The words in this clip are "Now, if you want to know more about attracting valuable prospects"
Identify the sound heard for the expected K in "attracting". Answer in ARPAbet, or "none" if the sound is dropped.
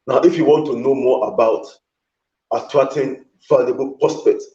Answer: none